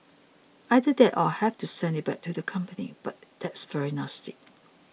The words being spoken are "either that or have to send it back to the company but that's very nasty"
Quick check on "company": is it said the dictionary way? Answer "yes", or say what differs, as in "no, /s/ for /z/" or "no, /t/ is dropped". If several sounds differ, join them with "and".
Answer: yes